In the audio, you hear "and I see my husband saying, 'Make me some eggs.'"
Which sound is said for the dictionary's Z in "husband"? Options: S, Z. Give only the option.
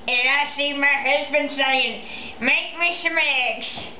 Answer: Z